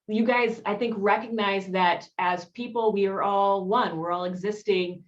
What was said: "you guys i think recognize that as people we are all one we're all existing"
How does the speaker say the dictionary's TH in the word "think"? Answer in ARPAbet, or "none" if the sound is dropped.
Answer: TH